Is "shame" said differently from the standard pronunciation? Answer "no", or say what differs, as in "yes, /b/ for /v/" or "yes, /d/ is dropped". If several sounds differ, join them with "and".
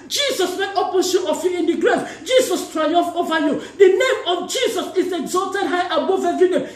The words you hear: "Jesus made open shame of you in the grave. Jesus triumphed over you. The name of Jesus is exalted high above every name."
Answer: yes, /m/ is dropped